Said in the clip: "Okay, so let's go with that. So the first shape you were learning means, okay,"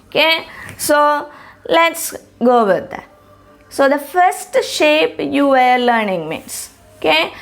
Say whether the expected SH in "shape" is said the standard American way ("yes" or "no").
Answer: yes